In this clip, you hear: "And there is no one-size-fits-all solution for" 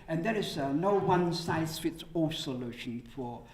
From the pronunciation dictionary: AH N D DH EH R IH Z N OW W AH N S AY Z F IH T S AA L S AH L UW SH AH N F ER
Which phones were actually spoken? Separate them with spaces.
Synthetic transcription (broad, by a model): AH N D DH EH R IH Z N OW W AH N S AY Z F IH T S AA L S AH L UW SH AH N F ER